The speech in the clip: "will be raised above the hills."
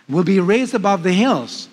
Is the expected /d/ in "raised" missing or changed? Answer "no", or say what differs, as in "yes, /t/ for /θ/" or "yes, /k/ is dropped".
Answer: no